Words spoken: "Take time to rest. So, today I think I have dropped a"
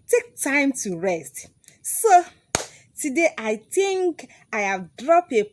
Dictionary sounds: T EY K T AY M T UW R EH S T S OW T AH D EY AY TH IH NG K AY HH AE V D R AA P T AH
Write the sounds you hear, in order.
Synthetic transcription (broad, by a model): T EY K T AY M T UW R EH S T S OW T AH D EY AY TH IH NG K AY HH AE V D R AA P AH